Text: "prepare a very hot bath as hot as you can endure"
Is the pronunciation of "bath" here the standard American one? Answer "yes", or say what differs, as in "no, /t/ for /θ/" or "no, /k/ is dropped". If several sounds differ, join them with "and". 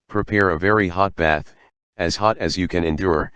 yes